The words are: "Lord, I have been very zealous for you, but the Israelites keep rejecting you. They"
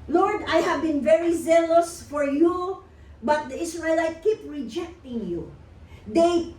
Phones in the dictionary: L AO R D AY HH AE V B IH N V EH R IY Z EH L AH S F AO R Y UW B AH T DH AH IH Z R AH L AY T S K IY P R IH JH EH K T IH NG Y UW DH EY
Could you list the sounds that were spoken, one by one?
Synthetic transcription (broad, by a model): L AO R D AY HH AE V B IH N V EH R IY Z EH L AH S F AO R Y UW B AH T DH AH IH S R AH L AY T K IY P R IH JH EH K T IH NG Y UW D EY